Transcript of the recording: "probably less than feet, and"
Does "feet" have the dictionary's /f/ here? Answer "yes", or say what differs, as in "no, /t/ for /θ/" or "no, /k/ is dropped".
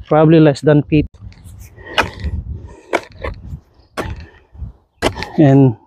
no, /p/ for /f/